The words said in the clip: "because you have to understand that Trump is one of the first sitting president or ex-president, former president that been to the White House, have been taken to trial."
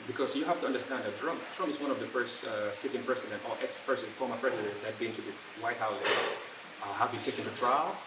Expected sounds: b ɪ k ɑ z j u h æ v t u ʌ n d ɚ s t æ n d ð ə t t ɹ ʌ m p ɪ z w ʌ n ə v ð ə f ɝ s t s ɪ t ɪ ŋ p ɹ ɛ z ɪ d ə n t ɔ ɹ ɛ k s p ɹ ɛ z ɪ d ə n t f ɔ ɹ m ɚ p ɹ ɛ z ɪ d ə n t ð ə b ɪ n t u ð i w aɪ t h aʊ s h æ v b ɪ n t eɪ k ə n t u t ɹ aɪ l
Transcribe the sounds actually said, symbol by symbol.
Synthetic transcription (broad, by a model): b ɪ k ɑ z j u h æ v t u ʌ n d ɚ s t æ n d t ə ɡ t ɹ ʌ m p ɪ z w ʌ n ə v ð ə f ɝ s t s ɪ t ɪ ŋ p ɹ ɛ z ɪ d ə n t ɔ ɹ ɛ k s p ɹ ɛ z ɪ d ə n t f ɔ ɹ m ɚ p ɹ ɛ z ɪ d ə n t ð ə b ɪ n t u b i w aɪ t h aʊ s h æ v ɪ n t eɪ k ə n t u t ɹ aɪ l